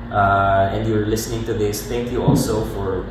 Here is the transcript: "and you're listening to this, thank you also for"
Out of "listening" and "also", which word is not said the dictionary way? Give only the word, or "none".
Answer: none